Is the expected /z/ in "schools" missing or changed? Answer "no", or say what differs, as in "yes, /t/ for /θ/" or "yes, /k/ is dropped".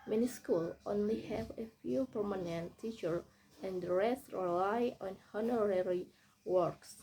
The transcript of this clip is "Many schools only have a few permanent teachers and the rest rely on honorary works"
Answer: yes, /z/ is dropped